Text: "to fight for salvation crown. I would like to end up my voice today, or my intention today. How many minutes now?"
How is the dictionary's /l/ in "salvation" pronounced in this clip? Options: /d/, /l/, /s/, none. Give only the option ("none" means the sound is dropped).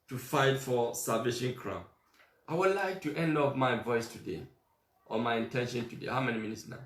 none